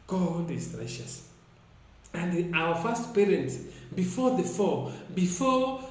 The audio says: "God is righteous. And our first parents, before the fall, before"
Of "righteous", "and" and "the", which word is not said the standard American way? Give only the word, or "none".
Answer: righteous